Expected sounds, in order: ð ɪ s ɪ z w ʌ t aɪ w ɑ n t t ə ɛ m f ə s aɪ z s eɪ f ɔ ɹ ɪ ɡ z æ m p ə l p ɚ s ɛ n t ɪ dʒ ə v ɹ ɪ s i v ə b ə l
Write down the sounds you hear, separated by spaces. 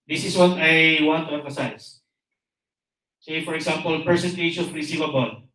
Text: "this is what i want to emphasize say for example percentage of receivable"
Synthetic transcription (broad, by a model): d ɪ s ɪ s w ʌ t aɪ w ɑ n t t ə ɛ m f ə s aɪ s s eɪ f ɔ ɹ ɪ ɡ s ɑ m p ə l p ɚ s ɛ n t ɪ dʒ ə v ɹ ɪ s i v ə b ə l